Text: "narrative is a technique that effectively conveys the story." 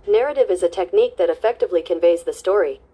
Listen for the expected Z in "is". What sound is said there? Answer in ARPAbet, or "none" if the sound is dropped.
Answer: Z